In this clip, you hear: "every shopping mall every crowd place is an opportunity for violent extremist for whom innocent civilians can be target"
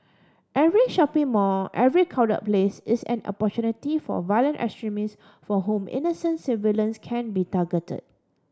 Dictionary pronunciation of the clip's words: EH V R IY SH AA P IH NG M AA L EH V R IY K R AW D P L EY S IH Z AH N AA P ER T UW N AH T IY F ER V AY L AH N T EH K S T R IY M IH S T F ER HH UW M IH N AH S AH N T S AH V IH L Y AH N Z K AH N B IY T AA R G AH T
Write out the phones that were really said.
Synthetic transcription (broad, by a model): EH V R IY SH AA P IH NG M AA EH V R IY K AW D P L EY S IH S AH N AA P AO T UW N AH T IY F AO V AY L AH N T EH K S T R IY M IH S F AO HH UW M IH N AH S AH N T S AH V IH L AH N S K AH N B IY T AA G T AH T